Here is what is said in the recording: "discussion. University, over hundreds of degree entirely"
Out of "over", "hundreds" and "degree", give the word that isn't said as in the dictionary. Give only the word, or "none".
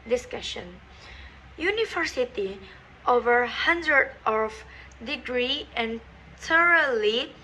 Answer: hundreds